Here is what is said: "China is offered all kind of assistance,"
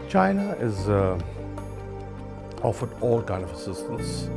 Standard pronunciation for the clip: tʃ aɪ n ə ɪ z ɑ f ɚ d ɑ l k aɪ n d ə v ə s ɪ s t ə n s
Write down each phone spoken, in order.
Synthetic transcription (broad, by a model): tʃ aɪ n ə ɪ z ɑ f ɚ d ɑ l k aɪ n ə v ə s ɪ s t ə n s